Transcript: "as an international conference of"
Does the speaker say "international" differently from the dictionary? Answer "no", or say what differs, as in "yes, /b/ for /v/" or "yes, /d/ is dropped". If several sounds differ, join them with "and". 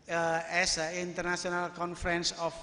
yes, /s/ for /ʃ/